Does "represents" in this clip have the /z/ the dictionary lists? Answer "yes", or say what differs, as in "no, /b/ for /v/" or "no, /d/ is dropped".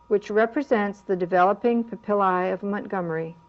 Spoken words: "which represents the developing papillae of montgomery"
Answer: yes